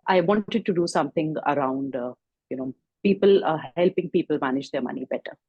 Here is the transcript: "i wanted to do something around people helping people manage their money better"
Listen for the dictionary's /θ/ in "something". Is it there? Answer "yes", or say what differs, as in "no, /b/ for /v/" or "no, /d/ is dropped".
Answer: no, /t/ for /θ/